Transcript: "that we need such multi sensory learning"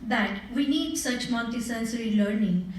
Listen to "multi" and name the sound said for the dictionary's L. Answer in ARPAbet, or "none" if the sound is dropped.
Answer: N